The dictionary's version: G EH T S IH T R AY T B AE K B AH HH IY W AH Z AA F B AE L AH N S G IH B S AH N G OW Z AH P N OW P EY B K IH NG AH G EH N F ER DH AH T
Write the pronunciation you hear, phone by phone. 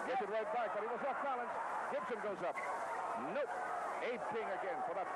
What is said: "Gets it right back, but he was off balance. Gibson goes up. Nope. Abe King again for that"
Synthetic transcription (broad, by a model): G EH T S IH T R AY T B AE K B AH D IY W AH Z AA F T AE L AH N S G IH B S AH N G OW Z AH P N OW EY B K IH NG AH G EH N F ER DH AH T